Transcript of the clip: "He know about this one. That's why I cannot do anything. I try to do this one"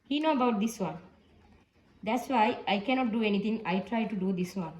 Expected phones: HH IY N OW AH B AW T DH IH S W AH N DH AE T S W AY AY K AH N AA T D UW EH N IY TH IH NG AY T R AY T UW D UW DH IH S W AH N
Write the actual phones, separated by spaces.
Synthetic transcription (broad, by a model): HH IY N OW AH B AW T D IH S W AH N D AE T S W AY AY K AH N AA T D UW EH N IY T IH NG AY T R AY T UW D UW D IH S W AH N